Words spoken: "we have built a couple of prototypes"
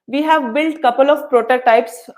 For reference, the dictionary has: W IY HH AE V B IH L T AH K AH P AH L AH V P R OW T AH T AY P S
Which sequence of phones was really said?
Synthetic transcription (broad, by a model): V IY HH AE V B IH L T K AH P AH L AH V P R OW T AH T AY P S